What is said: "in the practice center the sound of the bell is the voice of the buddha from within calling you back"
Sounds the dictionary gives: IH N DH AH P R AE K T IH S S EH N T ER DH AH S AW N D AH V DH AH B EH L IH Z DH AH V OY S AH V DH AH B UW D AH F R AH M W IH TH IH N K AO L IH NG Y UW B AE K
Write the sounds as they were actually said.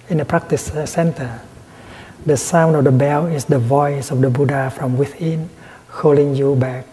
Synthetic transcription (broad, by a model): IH N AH P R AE K T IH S S EH N T ER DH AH S AW N D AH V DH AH B EH L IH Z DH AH V OY S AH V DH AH B UW D AH F R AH M W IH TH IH N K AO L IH NG Y UW B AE K